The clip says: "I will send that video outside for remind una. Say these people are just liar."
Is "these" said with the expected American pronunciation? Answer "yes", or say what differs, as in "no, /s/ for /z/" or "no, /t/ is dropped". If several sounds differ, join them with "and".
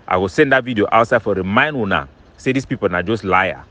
no, /s/ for /z/